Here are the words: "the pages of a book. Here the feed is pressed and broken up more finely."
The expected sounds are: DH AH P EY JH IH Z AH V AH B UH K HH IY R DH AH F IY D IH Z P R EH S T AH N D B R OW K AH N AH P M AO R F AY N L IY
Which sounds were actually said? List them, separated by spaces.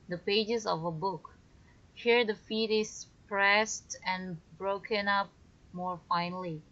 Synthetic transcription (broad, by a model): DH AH P EY JH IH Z AH V AH B UH K HH IY R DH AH F IY D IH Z P R EH S T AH N B R OW K AH N AH P M AO R F AY N L IY